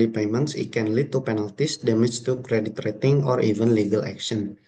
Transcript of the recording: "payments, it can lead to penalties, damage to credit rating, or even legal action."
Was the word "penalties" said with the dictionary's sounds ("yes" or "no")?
no